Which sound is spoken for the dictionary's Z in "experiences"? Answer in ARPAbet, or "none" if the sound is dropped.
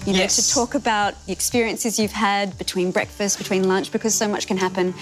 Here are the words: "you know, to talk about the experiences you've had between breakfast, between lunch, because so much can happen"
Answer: Z